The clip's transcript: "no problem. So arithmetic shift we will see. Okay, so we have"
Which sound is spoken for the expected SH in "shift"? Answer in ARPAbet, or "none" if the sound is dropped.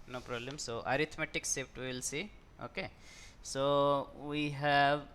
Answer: S